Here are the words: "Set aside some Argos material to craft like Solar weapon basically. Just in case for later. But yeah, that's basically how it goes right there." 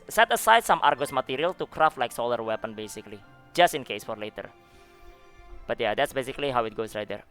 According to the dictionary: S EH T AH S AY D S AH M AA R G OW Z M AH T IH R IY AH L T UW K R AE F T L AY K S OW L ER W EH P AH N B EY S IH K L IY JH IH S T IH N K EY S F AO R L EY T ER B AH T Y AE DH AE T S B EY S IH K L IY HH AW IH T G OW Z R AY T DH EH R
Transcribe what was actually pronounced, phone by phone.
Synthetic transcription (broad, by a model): S EH T AH S AY D S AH M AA R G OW S M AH T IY R IY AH L T UW K R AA F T L AY K S OW L ER W EH P AH N B EY S IH K L IY JH IH S T IH N K EY S F AO R L EY T ER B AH T Y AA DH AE T S B EY S IH K L IY HH AW IH T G OW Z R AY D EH R